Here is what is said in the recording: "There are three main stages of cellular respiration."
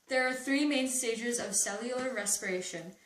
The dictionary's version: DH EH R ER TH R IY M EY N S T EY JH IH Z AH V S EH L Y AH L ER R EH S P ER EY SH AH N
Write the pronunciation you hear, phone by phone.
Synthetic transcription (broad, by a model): DH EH R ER TH R IY M EY N S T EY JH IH Z AH V S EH L Y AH L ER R EH S P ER EY SH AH N